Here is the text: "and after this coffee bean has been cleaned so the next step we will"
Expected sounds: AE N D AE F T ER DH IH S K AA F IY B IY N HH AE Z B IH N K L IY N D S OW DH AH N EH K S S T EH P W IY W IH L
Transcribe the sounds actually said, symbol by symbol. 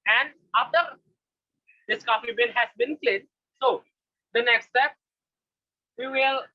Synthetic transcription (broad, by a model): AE N D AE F T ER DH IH S K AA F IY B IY L HH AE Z B IH N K L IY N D S OW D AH N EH K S S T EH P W IY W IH L